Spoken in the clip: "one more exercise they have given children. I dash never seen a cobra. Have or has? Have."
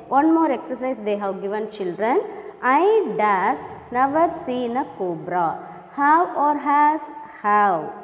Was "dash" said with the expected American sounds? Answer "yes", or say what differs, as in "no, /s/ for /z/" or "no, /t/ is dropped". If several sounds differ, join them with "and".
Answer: no, /s/ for /ʃ/